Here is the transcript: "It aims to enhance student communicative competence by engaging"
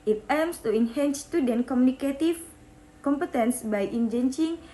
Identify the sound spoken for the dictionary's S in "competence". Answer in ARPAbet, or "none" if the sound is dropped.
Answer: S